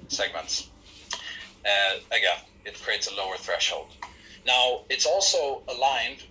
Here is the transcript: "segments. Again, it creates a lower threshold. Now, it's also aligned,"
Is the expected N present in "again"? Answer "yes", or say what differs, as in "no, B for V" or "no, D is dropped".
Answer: no, N is dropped